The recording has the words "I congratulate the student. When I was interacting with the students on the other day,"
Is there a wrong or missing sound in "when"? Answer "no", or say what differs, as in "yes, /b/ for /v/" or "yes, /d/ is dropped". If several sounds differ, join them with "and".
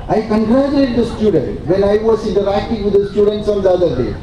yes, /l/ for /n/